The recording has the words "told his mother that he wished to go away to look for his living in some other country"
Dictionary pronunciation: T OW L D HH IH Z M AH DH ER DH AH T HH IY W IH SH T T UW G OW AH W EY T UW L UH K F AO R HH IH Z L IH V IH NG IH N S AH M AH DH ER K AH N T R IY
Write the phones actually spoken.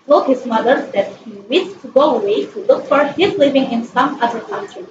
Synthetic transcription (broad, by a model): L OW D HH IH Z M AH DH ER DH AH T HH IY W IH T T UW G OW AH W EY T UW L UH K F AO R HH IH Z L IH V IH NG IH N S AH M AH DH ER K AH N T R IY